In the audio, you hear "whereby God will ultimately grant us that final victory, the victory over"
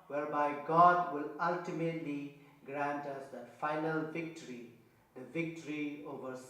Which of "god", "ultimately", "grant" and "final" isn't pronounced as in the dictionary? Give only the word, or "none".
none